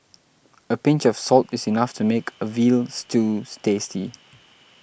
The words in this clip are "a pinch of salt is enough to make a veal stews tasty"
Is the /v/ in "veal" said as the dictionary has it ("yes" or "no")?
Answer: yes